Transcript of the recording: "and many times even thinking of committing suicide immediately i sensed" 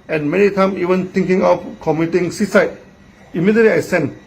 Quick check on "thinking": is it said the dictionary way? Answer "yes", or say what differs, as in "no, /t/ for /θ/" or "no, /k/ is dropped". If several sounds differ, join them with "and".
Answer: no, /t/ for /θ/